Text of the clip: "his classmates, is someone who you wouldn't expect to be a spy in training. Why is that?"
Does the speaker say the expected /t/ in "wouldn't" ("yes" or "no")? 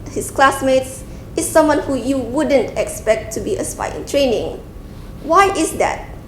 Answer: yes